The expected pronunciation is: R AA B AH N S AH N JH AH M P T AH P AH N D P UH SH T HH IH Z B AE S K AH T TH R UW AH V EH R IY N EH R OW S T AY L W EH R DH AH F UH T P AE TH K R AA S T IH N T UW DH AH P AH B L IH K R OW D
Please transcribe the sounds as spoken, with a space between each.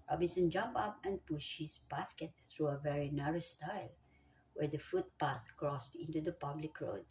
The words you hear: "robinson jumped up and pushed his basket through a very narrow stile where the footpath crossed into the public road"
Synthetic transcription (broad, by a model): R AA B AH N S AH N JH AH M P AH P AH N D P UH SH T HH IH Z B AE S K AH T TH R UW AH V EH R IY N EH R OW S T AY L W EH R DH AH F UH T P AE TH K R AA S T IH N T UW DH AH P AH B L IH K R OW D